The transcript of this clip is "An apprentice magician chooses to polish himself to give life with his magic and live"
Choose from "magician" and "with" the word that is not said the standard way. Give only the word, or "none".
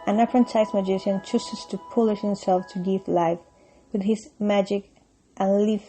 none